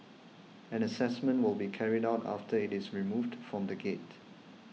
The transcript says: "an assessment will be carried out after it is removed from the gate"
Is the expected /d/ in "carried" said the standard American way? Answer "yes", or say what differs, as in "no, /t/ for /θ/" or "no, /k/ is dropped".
yes